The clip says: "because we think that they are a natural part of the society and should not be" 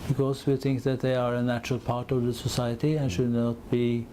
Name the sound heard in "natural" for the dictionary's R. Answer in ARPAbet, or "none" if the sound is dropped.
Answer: R